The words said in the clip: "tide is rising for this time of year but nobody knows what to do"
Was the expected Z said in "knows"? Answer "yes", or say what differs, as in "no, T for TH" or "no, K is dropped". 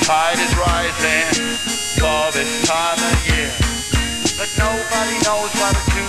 yes